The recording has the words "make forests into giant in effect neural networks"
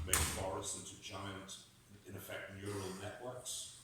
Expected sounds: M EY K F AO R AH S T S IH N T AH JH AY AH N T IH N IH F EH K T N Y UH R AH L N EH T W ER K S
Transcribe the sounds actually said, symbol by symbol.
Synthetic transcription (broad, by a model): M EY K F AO R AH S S IH N T AH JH AY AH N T IH N IH F EH K T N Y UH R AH L N EH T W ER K S